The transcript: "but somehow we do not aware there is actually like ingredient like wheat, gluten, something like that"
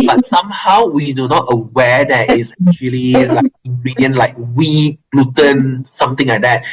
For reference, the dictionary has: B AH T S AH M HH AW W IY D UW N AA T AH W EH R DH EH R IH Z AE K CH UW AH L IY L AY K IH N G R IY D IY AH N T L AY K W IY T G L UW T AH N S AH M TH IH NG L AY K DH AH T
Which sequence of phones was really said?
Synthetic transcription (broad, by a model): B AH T S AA M HH AW W IY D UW N AA T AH W EH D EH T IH S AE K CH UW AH L IY L AY K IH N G R IY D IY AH N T L AY K W IY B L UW T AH N S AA M T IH NG L AY K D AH T